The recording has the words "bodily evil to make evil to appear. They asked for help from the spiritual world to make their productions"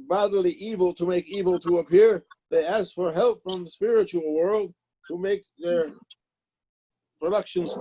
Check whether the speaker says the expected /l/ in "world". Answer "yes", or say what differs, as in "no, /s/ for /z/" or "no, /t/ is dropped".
yes